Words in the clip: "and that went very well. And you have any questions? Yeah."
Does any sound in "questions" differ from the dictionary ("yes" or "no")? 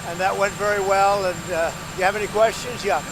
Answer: no